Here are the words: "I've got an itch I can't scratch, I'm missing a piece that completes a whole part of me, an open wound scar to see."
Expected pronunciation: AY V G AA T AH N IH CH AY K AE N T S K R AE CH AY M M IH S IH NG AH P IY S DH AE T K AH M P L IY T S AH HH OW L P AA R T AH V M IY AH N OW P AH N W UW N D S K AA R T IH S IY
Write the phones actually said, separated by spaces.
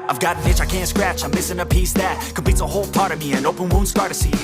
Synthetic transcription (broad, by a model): AY V G AA T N IH CH AY K AE N T S K R AE CH AY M M IH S IH NG AH P IY S DH AE T K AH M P IY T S AH HH OW L P AA R T AH V M IY AH N OW P AH N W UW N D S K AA R T IH S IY